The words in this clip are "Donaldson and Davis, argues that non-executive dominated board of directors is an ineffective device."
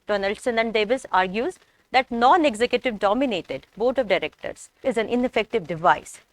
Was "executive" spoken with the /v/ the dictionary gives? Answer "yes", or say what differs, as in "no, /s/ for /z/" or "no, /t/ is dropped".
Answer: yes